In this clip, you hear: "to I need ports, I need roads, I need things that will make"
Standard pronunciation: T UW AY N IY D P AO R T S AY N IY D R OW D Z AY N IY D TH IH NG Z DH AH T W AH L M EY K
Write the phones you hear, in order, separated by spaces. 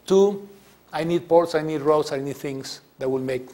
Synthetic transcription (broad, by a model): T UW AY N IY D P AO R T S AY N IY D R OW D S AY N IY D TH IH NG S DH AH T W AH L M EY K